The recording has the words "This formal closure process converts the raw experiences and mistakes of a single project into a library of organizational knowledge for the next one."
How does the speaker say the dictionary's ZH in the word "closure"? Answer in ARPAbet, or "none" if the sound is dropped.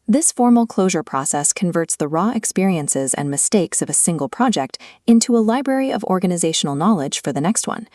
ZH